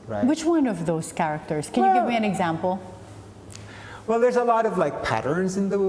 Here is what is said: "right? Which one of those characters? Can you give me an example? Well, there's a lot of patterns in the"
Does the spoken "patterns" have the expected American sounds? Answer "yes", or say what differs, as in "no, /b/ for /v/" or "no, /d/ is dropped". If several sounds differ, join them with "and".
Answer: yes